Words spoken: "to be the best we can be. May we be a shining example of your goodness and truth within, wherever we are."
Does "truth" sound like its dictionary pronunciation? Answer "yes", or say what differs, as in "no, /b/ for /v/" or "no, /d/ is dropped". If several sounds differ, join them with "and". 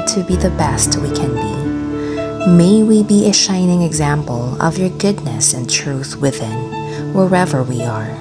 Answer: yes